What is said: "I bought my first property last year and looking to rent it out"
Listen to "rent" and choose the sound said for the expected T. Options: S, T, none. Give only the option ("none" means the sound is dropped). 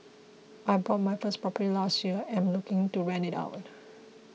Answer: none